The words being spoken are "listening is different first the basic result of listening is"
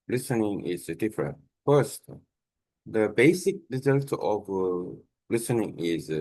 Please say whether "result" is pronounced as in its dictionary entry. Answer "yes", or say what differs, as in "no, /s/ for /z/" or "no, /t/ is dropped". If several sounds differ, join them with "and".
yes